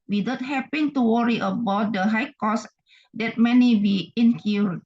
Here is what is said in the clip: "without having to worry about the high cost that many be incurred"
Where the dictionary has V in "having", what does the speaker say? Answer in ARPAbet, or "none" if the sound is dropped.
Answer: P